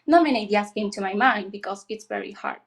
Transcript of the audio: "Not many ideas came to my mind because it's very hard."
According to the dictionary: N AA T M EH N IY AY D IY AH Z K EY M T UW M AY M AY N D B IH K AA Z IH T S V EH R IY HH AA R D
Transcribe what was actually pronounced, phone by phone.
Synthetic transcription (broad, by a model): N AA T M EH N IY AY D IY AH S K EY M T UW M AY M AY N D B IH K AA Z IH T S V EH R IY HH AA R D